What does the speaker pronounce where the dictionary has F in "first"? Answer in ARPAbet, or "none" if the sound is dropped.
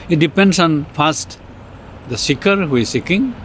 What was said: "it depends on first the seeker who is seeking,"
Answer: P